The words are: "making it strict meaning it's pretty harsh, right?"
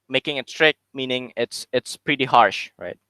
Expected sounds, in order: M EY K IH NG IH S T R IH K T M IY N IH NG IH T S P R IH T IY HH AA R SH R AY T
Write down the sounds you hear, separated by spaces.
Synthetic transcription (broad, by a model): M EY K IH NG IH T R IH K M IY N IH NG IH T S P R IH T IY HH AA R SH R AY T